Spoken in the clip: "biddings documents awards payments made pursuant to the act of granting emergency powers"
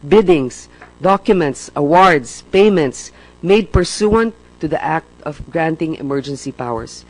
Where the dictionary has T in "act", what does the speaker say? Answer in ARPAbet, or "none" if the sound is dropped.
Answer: T